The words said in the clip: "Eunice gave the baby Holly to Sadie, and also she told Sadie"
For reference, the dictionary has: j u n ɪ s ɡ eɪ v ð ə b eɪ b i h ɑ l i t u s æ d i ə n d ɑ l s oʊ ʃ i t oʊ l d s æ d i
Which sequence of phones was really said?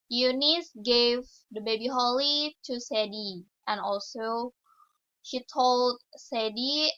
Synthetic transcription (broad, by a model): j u n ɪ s ɡ eɪ v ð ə b eɪ b i h ɑ l i t u s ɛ d i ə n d ɑ l s oʊ ʃ i t oʊ l d s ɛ d i